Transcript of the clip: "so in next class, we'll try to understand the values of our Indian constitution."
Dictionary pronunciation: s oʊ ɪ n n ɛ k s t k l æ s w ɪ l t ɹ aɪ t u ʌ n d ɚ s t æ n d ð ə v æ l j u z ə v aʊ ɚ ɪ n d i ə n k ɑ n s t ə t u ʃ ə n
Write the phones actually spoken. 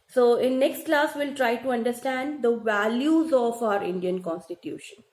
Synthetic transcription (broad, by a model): s oʊ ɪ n n ɛ k s t k l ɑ s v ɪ l t ɹ aɪ t u ʌ n d ɚ s t æ n d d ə v æ l j u z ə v aʊ ɚ ɪ n d i ə n k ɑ n s t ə t u ʃ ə n